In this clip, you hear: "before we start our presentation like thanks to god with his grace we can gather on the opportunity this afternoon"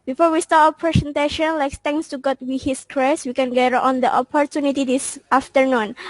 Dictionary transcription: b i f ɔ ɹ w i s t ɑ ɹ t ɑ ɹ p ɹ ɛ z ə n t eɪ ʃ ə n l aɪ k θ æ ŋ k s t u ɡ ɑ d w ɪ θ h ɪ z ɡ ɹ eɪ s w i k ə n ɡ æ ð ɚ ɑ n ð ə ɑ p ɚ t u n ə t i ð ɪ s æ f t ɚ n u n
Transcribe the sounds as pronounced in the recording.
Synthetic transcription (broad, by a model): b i f ɔ ɹ w i s t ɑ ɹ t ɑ p ɹ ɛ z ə n t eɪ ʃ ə n l aɪ k s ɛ ŋ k s t u ɡ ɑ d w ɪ h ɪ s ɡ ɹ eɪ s w i k ə n ɡ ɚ ɑ n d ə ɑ p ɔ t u n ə t i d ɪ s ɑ f t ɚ n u n